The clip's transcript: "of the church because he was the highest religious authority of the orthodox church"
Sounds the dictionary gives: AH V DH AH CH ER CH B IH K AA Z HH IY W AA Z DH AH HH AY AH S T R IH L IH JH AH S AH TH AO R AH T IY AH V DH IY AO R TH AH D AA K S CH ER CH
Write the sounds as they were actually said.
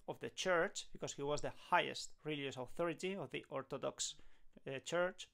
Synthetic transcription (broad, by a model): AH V DH AH CH ER CH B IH K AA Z HH IY W AA Z DH AH HH AY AH S T R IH L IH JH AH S AH TH AO R AH T IY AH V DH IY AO R T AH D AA K S CH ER CH